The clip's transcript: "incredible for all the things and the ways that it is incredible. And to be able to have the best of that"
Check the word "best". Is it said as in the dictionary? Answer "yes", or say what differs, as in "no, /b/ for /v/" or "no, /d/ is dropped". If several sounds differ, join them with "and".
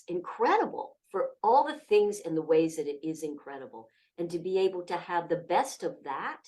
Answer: yes